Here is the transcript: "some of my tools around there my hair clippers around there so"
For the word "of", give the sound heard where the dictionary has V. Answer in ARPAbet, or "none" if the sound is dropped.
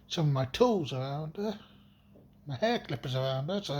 V